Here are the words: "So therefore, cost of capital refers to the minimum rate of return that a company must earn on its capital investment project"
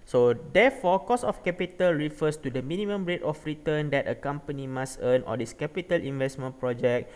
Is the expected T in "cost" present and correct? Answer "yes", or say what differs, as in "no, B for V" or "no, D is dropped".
no, T is dropped